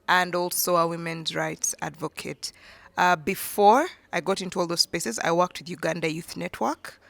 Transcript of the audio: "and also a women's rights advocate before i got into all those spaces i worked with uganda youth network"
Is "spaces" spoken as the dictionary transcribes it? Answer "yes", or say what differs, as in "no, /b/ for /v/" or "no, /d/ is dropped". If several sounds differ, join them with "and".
yes